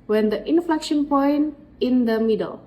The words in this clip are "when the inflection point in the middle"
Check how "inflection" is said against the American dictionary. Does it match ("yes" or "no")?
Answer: yes